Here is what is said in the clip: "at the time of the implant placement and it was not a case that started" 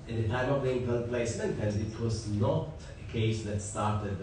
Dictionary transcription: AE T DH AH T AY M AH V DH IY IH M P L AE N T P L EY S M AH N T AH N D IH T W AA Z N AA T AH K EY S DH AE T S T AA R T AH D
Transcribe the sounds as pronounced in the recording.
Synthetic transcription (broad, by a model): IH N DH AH T AY M AH V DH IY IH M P AH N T P L EY S M AH N T AH N D IH T W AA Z N AA T AH K EY S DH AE T S T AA R T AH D